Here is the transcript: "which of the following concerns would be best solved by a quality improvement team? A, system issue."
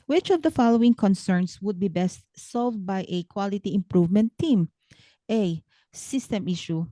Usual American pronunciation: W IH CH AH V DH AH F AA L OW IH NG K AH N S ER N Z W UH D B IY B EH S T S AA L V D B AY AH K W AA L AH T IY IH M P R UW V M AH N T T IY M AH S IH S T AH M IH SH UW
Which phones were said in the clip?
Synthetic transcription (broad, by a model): W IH CH AH V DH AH F AA L OW IH NG K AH N S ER N S W UH D B IY B EH S T S AA L V D B AY AH K W AA L AH T IY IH M P R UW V M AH N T T IY M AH S IH S T AH M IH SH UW